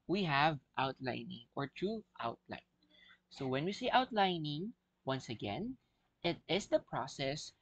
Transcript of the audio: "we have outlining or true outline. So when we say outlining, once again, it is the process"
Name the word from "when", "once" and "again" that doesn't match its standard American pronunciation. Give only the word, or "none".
none